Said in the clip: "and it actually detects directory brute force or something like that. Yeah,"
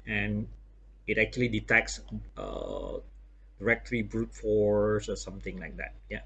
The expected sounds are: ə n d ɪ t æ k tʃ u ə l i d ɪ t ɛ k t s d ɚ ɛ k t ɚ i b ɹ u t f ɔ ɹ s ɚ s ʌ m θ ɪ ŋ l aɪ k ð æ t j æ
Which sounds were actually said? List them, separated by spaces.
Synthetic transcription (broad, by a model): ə n ɪ t æ k tʃ u ə l i d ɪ t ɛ k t s d ɚ ɛ k t ɚ i b ɹ u t f ɔ ɹ s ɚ s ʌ m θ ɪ ŋ l aɪ k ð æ t j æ